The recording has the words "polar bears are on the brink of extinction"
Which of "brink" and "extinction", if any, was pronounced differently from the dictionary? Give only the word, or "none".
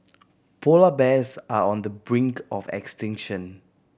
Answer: none